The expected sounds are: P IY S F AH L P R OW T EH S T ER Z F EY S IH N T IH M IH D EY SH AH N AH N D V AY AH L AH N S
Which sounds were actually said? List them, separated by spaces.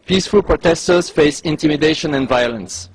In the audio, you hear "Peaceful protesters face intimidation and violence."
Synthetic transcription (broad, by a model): P IY S F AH L P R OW T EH S T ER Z F EY S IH N T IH M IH D EY SH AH N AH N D V AY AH L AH N S